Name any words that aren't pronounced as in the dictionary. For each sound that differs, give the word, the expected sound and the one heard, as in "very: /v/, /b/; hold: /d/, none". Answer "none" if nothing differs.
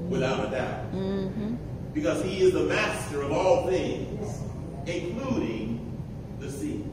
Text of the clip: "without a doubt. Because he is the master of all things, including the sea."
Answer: none